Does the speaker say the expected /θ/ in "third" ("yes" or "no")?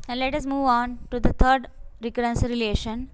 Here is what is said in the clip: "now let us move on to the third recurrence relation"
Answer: no